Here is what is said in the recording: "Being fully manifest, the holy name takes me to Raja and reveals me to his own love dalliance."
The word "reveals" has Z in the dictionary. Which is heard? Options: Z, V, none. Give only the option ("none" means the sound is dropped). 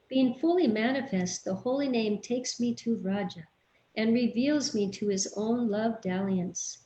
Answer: Z